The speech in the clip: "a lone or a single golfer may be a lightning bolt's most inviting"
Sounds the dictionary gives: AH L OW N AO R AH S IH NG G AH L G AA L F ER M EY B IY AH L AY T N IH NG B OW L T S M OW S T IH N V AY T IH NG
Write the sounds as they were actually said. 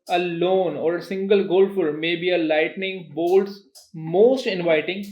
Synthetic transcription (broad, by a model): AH L OW N AO R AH S IH NG G AH L G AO L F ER M EY B IY AH L AY T N IH NG B OW L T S M OW S T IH N V AY T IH NG